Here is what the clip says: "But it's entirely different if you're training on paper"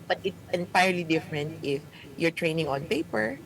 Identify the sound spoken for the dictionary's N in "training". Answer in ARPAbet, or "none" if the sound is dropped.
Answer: N